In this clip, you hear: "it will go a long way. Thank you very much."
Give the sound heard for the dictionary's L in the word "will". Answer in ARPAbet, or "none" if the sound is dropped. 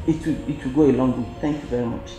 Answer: W